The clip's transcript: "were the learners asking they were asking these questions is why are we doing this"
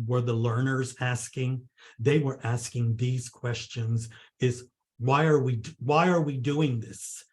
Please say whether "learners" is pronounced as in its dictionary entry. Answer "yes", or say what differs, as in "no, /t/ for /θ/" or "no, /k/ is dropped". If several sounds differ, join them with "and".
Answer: yes